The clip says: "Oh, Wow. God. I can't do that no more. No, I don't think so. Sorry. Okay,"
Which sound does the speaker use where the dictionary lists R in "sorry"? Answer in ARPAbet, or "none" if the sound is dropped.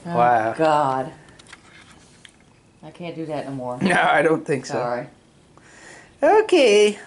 none